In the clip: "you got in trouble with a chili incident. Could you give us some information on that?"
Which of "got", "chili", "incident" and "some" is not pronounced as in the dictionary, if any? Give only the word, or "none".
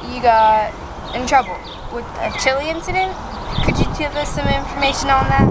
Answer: none